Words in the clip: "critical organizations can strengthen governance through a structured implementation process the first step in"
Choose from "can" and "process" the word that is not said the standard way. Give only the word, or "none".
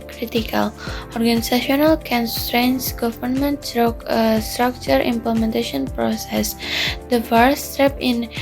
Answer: none